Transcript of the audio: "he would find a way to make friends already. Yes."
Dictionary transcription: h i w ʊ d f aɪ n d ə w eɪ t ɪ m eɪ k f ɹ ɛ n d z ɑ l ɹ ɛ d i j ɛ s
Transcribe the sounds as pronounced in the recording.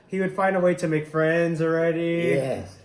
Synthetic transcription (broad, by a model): h i w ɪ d f aɪ n d ə w eɪ t ɪ m eɪ k f ɹ ɛ n d z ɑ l ɹ ɛ d i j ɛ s